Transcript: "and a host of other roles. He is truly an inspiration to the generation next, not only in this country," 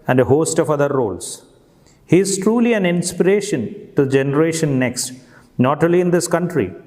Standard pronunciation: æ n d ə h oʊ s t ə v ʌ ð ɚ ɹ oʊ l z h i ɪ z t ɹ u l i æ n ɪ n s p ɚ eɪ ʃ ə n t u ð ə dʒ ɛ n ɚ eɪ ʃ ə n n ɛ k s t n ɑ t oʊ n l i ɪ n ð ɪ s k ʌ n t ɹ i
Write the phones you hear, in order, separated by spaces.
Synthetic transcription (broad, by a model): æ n d ə h oʊ s t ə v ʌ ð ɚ ɹ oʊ l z h i ɪ z t ɹ u l i æ n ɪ n s p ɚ eɪ ʃ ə n t u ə dʒ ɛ n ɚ eɪ ʃ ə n n ɛ k s t n ɑ t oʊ l i ɪ n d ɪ s k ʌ n t ɹ i